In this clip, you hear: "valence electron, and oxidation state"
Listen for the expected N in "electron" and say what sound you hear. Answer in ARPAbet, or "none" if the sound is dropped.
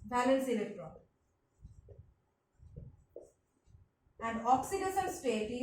none